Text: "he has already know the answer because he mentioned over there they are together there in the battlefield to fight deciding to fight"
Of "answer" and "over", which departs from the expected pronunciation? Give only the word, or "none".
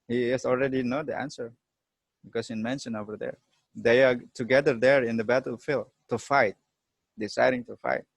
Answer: none